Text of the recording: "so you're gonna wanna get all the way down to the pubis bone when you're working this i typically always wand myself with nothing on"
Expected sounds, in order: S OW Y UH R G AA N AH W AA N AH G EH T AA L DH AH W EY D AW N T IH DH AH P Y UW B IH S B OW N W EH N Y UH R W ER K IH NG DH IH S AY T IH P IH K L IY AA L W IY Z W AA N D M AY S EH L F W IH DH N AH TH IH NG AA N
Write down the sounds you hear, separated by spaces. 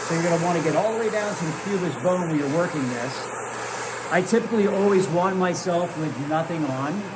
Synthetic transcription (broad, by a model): S OW Y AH R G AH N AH W AA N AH G EH T AA L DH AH W EY D AW N T IH DH AH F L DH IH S B OW N W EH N Y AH R W ER K IH NG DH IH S AY T IH P IH K L IY AA L W IY Z W AA N M AY S EH L F W IH DH N AH TH IH NG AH N